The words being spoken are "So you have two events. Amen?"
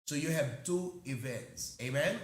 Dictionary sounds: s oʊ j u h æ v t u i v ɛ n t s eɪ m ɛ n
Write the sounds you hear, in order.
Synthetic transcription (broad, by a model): s oʊ j u h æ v t u i v ɛ n t s eɪ m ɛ n